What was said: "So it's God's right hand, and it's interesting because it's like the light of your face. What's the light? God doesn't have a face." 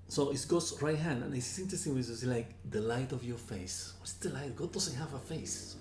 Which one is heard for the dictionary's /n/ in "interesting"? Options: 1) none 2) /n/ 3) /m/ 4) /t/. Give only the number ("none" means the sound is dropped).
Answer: 2